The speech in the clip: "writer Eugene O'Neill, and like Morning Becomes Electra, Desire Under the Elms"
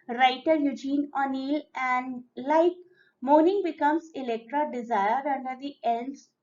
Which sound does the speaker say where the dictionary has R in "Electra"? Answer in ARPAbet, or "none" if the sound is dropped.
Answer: R